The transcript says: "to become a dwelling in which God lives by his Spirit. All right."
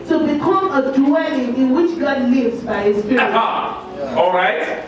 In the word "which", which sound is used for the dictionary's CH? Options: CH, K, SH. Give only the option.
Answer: CH